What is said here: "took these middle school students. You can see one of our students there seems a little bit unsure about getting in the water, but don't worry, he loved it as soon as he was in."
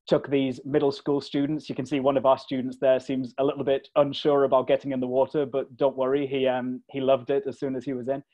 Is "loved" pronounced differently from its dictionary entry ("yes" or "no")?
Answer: no